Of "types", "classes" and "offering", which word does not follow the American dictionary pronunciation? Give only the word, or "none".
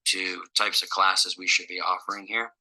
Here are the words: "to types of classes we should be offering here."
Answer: none